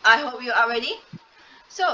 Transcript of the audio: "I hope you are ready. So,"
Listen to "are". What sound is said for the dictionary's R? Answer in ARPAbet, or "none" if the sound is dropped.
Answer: L